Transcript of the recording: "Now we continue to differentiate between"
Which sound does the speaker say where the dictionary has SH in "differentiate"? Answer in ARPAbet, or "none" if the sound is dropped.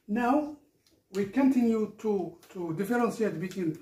S